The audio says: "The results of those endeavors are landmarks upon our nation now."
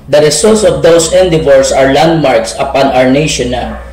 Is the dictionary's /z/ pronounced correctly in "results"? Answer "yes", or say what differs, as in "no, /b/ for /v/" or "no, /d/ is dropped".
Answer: no, /s/ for /z/